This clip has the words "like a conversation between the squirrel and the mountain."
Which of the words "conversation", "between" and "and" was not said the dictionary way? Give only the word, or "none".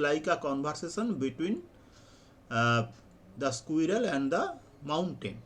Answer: conversation